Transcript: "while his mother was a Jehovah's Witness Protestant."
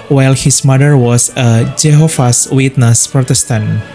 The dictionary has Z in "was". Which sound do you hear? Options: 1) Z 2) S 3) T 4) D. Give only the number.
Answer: 2